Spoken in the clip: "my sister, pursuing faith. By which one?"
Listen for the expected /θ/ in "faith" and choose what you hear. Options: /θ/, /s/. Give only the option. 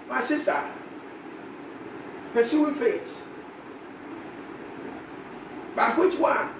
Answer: /s/